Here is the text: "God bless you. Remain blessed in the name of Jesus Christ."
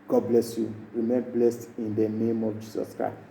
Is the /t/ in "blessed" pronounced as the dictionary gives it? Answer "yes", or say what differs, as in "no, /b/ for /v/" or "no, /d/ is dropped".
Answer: yes